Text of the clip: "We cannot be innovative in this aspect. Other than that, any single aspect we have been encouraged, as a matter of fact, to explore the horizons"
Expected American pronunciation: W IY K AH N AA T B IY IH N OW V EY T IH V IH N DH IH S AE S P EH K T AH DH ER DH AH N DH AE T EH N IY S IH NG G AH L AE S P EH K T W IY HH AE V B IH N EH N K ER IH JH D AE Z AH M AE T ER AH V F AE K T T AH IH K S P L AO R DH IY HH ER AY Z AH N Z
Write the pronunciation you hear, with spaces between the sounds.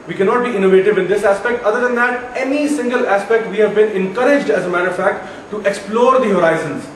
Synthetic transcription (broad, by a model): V IY K AH N AA T B IY IH N OW V EY T IH V IH N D IH S AE S P EH K T AH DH ER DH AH N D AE T EH N IY S IH NG G AH L AE S P EH K T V IY HH AE V B IH N EH N K ER IH JH D AE Z AH M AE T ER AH F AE K T T AH K S P L AO R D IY HH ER AY Z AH N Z